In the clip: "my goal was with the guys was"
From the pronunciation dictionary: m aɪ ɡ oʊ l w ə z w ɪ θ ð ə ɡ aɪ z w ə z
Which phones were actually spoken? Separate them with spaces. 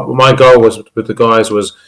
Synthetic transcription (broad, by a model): m aɪ ɡ oʊ l w ə z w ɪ ð ə ɡ aɪ z w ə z